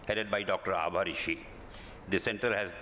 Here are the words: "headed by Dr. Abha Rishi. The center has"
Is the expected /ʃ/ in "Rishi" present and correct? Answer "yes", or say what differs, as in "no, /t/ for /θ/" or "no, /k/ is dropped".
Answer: yes